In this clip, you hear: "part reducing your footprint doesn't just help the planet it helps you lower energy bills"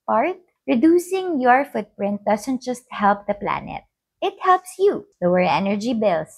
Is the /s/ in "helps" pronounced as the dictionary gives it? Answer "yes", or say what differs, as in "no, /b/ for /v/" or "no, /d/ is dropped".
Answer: yes